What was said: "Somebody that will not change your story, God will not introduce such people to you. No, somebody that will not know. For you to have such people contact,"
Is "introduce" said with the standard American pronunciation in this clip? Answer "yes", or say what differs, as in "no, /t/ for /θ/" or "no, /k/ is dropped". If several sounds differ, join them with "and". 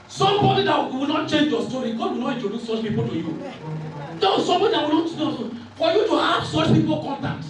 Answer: no, /n/ is dropped and /ɹ/ is dropped